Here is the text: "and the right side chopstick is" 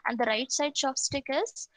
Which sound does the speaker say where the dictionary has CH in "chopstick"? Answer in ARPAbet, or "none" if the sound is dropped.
SH